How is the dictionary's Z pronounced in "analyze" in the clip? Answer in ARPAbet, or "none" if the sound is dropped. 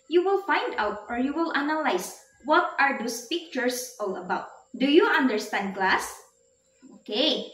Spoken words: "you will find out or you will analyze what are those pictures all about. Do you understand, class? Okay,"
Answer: S